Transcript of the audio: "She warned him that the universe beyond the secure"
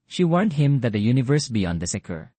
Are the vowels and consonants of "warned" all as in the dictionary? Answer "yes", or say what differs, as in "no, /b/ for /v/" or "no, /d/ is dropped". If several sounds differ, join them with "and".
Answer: yes